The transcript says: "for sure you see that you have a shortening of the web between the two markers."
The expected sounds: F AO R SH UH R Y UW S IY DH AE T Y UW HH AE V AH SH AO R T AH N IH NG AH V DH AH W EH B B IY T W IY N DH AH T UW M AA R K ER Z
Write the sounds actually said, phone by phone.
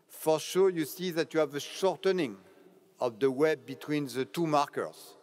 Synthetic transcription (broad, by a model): F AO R SH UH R Y UW S IY DH AE T Y UW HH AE V AH SH AO R T AH N IH NG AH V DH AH W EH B B IY T W IY N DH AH T UW M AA R K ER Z